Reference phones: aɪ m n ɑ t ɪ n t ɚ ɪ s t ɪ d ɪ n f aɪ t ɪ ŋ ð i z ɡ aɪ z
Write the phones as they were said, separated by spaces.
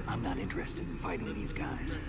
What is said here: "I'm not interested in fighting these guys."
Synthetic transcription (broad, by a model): aɪ m n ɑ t ɪ n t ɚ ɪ s t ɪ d ɪ n f aɪ t ɪ ŋ ð i z ɡ aɪ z